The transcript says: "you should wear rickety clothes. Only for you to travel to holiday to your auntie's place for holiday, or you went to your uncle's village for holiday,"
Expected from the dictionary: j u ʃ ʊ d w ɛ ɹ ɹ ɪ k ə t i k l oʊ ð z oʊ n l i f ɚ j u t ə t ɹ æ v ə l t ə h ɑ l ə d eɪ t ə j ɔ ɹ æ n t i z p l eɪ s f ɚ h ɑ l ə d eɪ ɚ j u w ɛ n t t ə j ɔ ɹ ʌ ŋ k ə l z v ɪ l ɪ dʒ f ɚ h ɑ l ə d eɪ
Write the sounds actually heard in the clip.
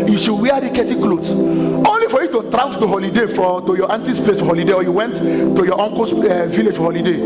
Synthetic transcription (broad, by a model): j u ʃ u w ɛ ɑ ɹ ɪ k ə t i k l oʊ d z oʊ n l i f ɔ j u t ə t ɹ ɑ ə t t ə h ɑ l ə d eɪ t ə j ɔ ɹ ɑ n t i s p l eɪ s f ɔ h ɑ l ə d eɪ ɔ j u w ɛ n t t ə j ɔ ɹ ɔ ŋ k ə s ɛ v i l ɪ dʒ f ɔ h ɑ l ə d eɪ